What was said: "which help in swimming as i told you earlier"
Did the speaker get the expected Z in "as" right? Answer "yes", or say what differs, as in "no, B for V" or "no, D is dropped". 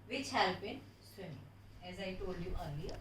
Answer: yes